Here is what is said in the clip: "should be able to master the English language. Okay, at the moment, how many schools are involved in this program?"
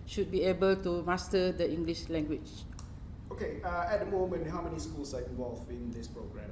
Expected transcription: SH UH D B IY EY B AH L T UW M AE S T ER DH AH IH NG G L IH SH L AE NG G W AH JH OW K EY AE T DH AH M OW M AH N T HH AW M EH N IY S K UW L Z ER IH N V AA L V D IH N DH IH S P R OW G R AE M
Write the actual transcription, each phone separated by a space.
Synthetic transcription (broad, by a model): SH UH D B IY EY B AH L T UW M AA S T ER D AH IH NG G L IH SH L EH NG G W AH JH OW K EY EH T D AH M OW M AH N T HH AW M EH N IY S K UW L S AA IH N V AA L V IH N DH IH S P R OW G R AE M